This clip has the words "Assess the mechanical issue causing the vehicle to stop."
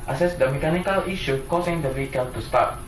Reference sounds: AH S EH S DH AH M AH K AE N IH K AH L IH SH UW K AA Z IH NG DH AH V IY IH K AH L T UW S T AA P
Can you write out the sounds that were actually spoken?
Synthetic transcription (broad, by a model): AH S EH S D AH M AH K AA N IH K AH L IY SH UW K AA S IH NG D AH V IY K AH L T UW S T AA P